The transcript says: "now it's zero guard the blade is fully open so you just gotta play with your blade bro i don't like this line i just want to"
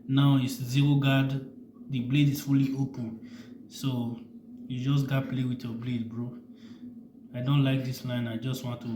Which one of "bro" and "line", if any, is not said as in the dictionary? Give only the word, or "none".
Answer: none